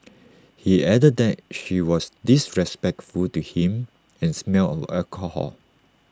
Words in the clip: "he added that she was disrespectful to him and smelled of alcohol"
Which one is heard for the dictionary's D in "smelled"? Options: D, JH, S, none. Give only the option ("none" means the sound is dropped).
none